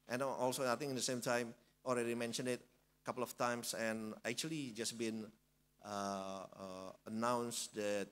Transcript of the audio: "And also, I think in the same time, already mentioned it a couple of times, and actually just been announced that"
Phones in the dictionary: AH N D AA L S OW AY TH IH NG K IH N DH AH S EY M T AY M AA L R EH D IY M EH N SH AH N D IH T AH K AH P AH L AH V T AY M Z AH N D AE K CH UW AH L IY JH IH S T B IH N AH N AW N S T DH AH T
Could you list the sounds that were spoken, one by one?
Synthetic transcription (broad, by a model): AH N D AA L S OW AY T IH NG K IH N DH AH S EY M T AY M AA L R EH D IY M EH N SH AH N D IH T AH K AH P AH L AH F T AY M S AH N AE K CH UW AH L IY JH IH S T B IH N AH N AW N S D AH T